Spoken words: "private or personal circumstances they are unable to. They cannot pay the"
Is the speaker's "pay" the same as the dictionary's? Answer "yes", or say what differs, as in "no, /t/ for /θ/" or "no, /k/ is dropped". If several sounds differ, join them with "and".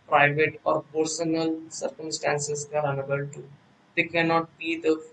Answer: no, /b/ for /p/